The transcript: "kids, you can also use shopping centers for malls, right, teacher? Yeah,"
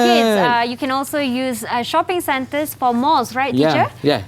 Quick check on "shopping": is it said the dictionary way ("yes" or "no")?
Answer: yes